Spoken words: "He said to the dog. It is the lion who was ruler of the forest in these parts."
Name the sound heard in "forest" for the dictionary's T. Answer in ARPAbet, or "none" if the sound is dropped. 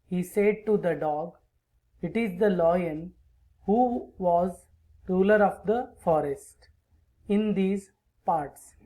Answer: T